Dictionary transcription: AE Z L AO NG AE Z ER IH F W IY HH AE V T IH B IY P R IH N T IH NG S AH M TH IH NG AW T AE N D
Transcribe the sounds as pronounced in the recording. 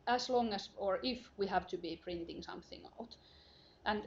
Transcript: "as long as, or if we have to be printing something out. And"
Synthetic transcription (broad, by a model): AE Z L AO NG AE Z ER IH F W IY HH AE V T IH B IY P R IH N T IH NG S AH M TH IH NG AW T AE N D